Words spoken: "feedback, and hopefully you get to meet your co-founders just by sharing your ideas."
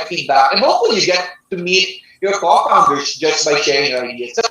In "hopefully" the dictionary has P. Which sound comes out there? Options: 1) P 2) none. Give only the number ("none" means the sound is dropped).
2